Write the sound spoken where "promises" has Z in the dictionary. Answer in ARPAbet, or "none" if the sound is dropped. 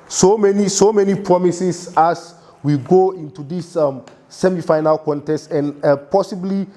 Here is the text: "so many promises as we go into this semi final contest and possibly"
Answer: S